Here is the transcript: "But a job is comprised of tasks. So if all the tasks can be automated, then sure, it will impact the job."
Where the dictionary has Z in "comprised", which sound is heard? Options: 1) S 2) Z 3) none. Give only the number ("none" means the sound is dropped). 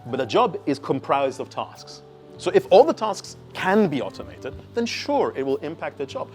2